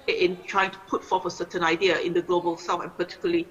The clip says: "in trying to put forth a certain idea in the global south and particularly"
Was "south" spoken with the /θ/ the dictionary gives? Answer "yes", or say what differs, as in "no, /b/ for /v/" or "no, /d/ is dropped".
no, /f/ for /θ/